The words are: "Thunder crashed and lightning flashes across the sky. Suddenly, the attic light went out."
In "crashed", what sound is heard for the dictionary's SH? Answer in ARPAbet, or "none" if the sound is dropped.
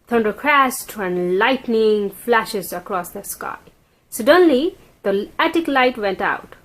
S